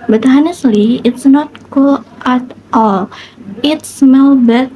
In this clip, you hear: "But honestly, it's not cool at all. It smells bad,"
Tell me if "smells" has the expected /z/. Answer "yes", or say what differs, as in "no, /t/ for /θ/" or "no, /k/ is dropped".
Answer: no, /z/ is dropped